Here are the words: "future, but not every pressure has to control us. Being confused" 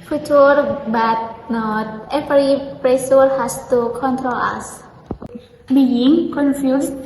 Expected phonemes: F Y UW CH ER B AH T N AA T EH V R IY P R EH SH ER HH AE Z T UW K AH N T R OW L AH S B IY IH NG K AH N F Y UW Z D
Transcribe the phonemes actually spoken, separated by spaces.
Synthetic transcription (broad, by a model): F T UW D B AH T N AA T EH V R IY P R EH S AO HH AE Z T UW K AH N T R OW L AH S B IY IH NG K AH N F Y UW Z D